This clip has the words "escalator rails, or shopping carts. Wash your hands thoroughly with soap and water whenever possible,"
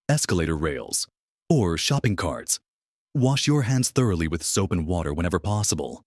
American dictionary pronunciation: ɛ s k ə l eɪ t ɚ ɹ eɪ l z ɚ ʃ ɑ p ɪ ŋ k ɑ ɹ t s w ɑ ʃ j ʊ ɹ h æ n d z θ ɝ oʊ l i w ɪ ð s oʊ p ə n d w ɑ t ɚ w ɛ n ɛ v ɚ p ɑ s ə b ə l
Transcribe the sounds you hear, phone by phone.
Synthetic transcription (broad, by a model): ɛ s k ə l eɪ t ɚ ɹ eɪ l z ɚ ʃ ɑ p ɪ ŋ k ɑ ɹ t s w ɑ ʃ j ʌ ɹ h æ n d z θ ɝ oʊ l i w ɪ ð s oʊ p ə n w ɑ t ɚ w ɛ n ɛ v ɚ p ɑ s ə b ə l